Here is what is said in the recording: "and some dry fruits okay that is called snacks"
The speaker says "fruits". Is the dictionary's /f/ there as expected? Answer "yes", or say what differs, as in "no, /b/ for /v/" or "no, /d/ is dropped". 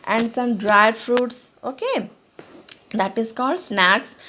yes